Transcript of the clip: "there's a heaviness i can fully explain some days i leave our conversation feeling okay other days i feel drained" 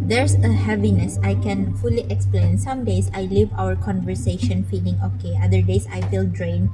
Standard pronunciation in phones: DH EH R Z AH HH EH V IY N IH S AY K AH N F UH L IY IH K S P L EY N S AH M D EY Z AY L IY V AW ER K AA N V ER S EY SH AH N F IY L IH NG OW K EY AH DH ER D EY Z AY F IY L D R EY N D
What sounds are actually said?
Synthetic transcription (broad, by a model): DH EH R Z AH HH EH V IY N IH S AY K AH N F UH L IY IH K S P L EY N S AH M D EY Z AY L IY V AW ER K AA N V ER S EY SH AH N F IY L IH NG OW K EY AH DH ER D EY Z AY F IY L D R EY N